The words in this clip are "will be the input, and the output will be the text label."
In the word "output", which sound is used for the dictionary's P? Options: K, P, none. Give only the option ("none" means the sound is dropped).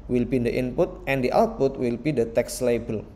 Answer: P